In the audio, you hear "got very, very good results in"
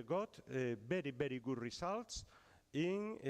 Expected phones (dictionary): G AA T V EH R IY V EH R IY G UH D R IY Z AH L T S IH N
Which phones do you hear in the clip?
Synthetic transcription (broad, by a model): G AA T B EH R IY B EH R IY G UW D R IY S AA L T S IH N